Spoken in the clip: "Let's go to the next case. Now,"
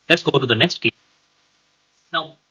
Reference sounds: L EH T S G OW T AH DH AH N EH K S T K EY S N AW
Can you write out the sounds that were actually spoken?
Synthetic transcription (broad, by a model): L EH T S G OW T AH DH AH N EH K S T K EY N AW